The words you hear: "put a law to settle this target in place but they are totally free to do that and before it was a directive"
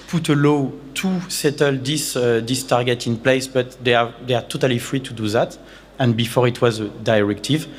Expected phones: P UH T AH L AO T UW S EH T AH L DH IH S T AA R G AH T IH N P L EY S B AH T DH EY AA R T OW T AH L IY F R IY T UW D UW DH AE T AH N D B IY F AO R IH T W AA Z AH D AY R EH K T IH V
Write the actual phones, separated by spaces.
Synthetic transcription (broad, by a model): P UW T AH L AO T UW S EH T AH L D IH S T AA R G AH T IH N P L EY S B AH T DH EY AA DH T OW T AH L IY F R IY T UW D UW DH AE T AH N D B IY F AO R IH T W AA Z AH D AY R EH K T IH V